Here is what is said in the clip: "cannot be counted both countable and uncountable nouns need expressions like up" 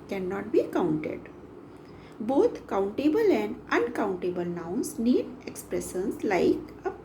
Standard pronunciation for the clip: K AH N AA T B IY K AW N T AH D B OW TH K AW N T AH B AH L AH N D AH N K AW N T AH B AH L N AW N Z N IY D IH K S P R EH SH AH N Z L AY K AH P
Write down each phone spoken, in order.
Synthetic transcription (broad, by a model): K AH N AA T B IY K AW N T AH D B OW T K AW N T AH B AH L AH N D AH N K AW N T AH B AH L N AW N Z N IY D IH K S P R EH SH AH N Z L AY K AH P